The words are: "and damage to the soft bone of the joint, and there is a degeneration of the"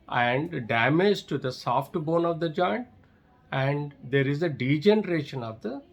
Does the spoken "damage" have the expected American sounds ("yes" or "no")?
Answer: yes